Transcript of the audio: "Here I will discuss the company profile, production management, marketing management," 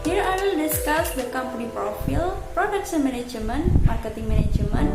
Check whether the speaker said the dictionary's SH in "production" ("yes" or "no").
no